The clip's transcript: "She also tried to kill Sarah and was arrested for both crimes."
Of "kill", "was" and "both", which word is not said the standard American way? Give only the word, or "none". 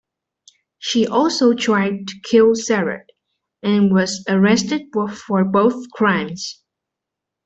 none